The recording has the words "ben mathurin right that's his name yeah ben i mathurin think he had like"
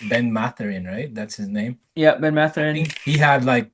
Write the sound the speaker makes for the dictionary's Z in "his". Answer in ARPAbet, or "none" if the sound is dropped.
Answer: Z